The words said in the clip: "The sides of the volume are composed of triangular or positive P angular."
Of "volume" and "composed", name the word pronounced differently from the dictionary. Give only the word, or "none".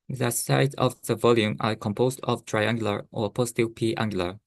none